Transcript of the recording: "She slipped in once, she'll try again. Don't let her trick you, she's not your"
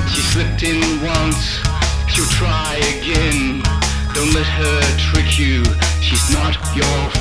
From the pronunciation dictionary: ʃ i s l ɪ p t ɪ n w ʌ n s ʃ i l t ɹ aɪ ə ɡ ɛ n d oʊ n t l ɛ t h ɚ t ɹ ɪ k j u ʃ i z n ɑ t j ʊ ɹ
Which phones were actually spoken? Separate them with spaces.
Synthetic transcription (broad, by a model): ʃ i s l ɪ p t ɪ n w ʌ n s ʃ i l t ɹ aɪ ə ɡ ɛ n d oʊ n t l ɛ t h ɚ t ɹ ɪ k j u ʃ i z n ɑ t j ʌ ɹ